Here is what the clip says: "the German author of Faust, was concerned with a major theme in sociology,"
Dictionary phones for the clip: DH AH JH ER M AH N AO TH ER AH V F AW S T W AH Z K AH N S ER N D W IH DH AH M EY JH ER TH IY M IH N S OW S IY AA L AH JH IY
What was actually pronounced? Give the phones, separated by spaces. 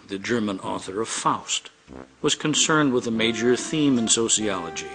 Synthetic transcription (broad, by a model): DH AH JH ER M AH N AO TH ER AH V F AW S T W AH Z K AH N S ER N D W IH DH AH M EY JH ER TH IY M IH N S OW S IY AA L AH JH IY